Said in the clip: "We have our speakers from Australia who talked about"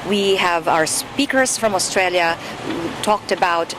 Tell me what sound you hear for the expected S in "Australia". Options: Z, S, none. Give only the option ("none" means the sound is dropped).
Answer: S